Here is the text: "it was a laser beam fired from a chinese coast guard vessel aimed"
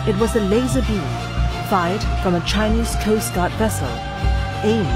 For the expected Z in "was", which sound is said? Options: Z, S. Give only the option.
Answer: Z